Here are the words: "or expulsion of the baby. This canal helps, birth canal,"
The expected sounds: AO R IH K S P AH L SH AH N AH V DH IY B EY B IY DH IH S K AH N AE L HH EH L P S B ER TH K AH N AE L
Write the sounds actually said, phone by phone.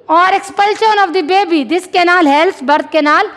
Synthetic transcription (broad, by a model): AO R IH K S P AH L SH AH N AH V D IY B EY B IY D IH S K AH N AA L HH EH L S B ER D K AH N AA L